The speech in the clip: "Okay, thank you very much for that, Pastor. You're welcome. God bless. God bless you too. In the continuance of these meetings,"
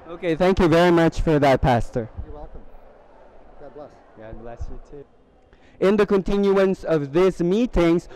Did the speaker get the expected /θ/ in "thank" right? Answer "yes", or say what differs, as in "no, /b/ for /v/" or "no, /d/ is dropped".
yes